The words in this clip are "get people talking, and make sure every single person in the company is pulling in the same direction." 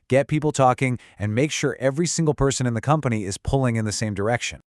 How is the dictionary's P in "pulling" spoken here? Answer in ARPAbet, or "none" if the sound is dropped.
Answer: P